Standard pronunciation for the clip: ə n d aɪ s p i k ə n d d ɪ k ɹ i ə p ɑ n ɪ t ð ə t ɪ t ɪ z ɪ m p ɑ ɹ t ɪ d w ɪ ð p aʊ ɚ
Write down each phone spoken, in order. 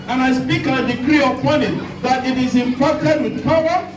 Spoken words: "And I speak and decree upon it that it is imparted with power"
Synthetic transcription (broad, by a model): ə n aɪ s p i k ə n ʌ d ɪ k ɹ i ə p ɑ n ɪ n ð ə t ɪ t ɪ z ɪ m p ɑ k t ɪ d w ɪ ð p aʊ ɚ